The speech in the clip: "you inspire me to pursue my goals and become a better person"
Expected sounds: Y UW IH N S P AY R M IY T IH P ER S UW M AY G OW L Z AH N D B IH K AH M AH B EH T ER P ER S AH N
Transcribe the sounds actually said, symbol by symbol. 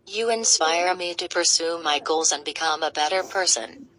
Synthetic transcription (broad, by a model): Y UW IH N S P AY R M IY T IH P ER S UW M AY G OW L Z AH N B IH K AH M AH B EH T ER P ER S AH N